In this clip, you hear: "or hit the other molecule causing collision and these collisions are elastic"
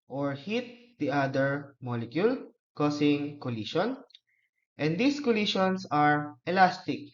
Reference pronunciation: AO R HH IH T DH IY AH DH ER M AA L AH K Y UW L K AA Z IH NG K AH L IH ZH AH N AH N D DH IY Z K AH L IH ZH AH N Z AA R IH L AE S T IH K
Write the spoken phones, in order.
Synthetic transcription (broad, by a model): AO R HH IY T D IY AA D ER M AA L AH K Y UW L K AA S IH NG K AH L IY SH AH N AH N D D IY S K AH L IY SH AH N S AA R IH L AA S T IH K